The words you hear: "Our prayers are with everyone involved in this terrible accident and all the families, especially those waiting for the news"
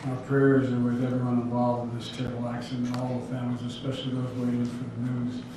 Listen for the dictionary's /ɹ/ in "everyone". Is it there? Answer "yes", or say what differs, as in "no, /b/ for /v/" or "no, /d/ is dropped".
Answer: no, /ɹ/ is dropped